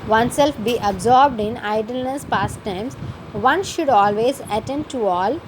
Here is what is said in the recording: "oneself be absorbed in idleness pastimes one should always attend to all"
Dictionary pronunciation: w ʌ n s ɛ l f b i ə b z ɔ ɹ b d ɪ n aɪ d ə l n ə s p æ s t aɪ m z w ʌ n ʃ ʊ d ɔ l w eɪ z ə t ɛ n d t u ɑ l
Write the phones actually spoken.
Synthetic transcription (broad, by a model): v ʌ n s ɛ l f b i ə b z ɔ ɹ b d ɪ n aɪ d ə l n ə s p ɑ s t aɪ m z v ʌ n ʃ ʊ d ɔ l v eɪ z ə t ɛ n d t u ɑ l